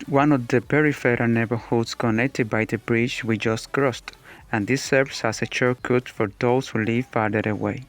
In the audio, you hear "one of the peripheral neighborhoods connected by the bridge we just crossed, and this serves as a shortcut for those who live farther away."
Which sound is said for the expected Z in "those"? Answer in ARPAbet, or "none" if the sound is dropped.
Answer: S